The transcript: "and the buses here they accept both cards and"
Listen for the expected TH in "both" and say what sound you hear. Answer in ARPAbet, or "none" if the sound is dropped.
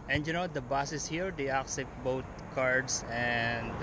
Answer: T